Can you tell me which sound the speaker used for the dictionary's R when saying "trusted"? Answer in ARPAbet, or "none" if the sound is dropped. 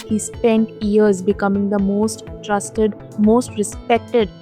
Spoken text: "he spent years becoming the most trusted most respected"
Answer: R